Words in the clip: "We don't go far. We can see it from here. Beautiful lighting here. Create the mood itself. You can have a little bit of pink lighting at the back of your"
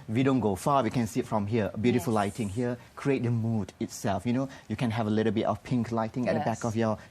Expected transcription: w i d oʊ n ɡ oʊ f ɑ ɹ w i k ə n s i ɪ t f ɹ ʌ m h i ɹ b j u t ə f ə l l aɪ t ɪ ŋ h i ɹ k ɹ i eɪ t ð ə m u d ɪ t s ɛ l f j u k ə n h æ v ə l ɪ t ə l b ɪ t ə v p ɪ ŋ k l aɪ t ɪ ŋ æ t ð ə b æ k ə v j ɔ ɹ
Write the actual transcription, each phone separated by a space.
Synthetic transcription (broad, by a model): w i d oʊ n ɡ oʊ f ɑ w i k ə n s i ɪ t f ɹ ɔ m h i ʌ b j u t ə f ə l l aɪ t ɪ ŋ h i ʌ k ɹ i eɪ t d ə m u d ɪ t s ɛ l f j u k ə n h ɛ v ə l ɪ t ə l b ɪ t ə f p ɪ ŋ k l aɪ t ɪ ŋ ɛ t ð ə b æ k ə f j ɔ